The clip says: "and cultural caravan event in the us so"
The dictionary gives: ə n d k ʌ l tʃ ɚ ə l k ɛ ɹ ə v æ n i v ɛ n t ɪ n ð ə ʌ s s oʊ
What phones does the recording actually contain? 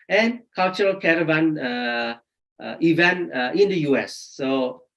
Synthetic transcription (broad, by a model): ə n k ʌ l tʃ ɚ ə l k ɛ ɹ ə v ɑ n i v ɛ n t ɪ n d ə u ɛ s oʊ